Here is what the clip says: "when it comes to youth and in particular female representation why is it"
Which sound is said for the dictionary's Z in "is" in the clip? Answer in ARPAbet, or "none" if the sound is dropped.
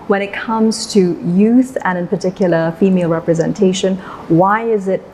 Z